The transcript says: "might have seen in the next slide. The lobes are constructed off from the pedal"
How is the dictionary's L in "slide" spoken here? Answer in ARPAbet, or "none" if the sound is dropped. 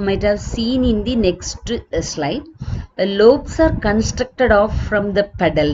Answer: L